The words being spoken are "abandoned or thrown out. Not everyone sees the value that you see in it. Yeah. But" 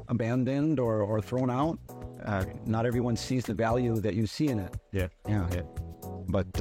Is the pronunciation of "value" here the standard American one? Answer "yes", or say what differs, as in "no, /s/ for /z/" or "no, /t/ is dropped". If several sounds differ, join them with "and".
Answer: yes